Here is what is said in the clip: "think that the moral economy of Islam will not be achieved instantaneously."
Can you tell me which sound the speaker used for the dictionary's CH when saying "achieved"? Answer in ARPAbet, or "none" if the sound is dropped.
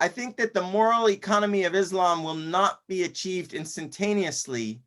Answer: CH